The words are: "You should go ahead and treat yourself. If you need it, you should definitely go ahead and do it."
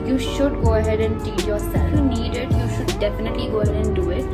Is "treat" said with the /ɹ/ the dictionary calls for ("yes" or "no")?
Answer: no